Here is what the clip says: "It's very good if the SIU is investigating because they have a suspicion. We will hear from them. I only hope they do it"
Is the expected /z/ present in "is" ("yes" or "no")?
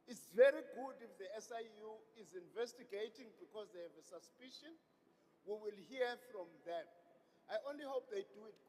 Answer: yes